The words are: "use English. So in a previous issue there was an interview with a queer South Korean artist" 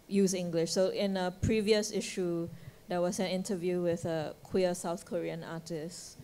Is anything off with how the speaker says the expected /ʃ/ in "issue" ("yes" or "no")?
no